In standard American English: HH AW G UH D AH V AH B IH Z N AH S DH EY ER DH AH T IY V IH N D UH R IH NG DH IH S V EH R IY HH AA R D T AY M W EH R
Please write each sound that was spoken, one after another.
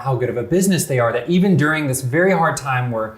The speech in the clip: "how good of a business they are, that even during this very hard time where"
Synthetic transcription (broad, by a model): HH AW G UH D AH V AH B IH Z N AH S DH EY ER DH AH T IY V IH N D UH R IH NG DH IH S V EH R IY HH AA R D T AY M W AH R